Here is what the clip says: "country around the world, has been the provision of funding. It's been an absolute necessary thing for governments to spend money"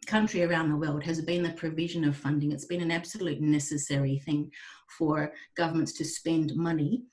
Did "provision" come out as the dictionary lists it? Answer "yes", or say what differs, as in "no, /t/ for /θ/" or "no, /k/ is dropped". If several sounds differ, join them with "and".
yes